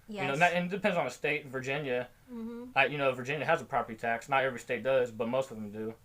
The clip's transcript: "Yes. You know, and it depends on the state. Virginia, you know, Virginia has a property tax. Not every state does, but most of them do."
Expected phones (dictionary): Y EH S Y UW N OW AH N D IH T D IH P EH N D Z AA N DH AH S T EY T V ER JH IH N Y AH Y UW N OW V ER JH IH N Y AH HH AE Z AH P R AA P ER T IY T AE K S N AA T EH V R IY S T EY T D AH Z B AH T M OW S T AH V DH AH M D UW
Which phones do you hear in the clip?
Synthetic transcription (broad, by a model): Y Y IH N OW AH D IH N D IH P EH N D Z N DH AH S T EY T V ER JH IH N Y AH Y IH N OW V ER JH IH N Y AH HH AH Z AH P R AA P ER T IY T AE K S N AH T EH V R IY S T EY T D AH Z B AH T M OW S T AH V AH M D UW